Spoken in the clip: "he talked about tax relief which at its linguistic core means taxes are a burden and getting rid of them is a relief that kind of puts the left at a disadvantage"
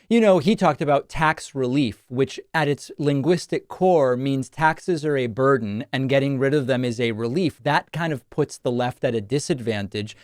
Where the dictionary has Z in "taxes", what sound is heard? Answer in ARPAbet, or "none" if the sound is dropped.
Z